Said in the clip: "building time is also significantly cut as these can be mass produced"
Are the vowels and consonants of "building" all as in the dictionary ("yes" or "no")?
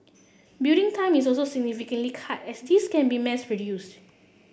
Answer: no